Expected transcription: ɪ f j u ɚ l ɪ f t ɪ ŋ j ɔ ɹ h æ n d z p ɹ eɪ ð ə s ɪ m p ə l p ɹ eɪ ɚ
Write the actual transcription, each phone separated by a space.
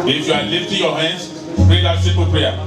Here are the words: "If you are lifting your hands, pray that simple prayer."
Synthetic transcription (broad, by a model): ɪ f j u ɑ l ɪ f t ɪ j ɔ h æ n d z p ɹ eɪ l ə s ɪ p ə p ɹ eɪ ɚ